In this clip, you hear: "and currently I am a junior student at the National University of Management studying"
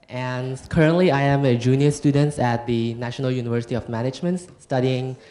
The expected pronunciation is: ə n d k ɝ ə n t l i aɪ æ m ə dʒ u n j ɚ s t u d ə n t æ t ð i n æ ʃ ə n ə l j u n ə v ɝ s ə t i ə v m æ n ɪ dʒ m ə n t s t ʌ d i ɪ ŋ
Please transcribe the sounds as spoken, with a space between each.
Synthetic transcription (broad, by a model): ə n k ɝ ə n t l i aɪ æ m ə dʒ u n j ɚ s t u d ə n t æ t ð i n æ ʃ ə n ə l j u n ə v ɝ s ə t i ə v m æ n ɪ dʒ m ə n t s t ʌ d i ɪ ŋ